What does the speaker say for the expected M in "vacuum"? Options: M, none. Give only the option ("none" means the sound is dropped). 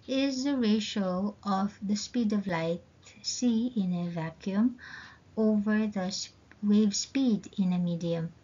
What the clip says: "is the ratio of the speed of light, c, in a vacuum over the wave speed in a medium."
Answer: M